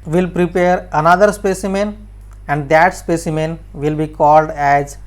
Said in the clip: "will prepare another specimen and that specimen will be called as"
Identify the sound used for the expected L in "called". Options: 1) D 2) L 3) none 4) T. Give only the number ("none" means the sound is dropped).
2